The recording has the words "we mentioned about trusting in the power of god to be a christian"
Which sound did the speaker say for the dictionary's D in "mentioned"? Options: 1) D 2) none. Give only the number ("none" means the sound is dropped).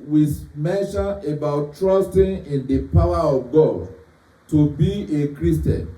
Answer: 2